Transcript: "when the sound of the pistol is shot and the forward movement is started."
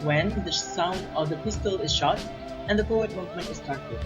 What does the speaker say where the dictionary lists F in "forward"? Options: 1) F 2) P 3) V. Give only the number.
2